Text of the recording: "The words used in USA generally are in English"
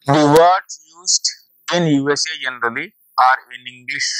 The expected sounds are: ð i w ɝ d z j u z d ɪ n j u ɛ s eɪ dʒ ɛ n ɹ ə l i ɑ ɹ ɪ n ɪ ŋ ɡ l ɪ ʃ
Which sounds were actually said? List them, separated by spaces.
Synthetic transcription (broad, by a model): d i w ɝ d j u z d ɪ n j u ɛ s eɪ dʒ ɛ n ɹ ə l i ɑ ɹ ɪ n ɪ ŋ ɡ l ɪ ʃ